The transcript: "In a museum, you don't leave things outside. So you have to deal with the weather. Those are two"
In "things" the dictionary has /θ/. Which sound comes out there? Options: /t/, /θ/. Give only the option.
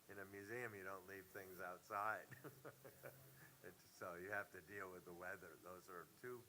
/θ/